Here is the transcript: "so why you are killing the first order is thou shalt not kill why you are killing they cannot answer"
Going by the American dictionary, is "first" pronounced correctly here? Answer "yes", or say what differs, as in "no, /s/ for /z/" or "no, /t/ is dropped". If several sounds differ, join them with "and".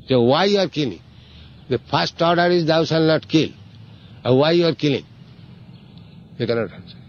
no, /p/ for /f/